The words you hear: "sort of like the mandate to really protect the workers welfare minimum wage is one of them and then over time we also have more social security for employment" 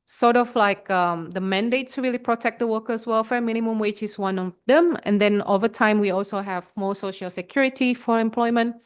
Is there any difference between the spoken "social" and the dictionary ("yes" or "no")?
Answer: no